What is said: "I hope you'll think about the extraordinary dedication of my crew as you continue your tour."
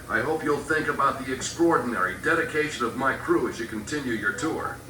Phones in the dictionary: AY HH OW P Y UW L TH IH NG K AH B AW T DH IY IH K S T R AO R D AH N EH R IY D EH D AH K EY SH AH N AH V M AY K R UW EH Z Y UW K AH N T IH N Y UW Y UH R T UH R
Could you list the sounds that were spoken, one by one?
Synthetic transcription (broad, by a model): AY HH OW P Y UW L TH IH NG K AH B AW T DH IY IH K S T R AO R D N EH R IY D EH D AH K EY SH AH N AH V M AY K R UW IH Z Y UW K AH N T IH N Y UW Y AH R T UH R